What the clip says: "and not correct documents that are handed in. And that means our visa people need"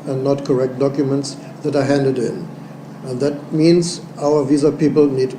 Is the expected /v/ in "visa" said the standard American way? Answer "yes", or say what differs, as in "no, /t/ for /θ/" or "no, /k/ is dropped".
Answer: yes